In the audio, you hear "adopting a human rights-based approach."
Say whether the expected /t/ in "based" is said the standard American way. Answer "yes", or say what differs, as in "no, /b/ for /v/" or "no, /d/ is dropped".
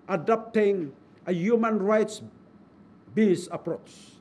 no, /t/ is dropped